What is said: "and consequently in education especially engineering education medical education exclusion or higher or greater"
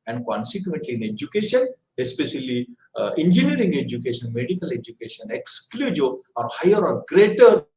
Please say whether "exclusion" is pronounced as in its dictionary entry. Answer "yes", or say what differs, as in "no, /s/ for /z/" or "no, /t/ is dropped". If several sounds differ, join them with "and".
no, /n/ is dropped